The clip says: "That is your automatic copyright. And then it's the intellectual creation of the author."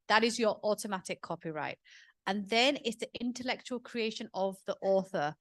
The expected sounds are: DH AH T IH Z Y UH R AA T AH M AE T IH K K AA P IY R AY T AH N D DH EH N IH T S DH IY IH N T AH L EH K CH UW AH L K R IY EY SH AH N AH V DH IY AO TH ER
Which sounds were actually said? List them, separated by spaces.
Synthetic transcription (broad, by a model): DH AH T IH Z Y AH R AA T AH M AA T IH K K AA P IY R AY T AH N DH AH N IH T S DH IY IH N T AH L EH K CH UW AH L K R IY EY SH AH N AH V DH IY AO TH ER